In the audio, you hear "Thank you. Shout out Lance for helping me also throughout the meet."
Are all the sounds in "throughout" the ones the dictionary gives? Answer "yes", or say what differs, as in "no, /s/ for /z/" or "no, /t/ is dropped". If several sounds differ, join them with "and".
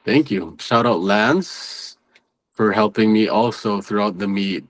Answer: yes